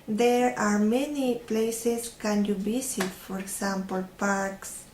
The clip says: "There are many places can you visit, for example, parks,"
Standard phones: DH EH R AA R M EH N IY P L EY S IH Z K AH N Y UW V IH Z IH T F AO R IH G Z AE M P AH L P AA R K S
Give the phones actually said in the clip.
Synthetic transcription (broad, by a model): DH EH R AA R M EH N IY P L EY S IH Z K AH N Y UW B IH S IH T F AO R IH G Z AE M P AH L P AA R K S